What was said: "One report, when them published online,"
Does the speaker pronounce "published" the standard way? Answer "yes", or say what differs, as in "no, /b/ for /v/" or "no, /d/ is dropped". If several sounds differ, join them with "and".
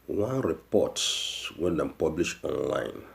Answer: no, /t/ is dropped